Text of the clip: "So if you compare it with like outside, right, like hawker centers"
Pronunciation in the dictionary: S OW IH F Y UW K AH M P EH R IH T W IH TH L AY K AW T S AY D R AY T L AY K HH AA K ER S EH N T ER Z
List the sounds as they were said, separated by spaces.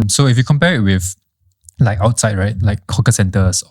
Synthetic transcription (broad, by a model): S OW IH F Y UW K AH M P EH R IH T W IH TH L AY K AW T S AY D R AY T L AY K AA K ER S EH N T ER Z